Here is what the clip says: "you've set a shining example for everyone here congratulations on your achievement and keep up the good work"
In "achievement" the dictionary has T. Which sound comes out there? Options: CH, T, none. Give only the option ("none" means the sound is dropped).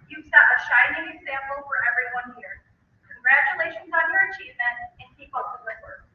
none